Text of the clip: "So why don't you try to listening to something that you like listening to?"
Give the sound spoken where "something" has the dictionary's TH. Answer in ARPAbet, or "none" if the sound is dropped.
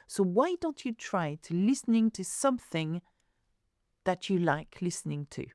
TH